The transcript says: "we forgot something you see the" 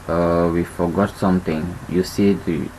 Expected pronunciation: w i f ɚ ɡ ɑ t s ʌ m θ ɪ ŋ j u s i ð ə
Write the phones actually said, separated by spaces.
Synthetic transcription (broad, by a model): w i f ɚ ɡ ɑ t s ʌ m t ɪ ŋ j u s i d